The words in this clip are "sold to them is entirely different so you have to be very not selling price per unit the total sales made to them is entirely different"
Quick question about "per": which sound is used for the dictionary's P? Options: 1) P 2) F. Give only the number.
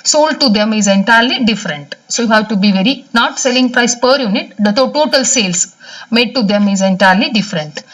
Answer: 1